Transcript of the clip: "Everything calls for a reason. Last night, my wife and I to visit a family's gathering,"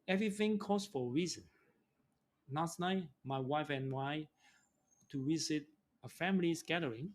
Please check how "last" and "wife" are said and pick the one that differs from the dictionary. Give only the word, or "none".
last